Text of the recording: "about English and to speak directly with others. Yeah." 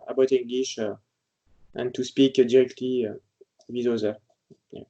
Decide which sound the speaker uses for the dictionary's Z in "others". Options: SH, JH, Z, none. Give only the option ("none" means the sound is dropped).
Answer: none